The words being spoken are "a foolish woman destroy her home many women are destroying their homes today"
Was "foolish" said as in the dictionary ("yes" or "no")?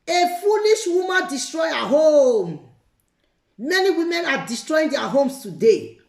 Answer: no